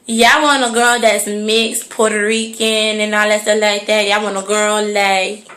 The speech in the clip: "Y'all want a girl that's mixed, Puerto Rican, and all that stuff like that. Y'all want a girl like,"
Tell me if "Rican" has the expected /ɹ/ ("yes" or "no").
yes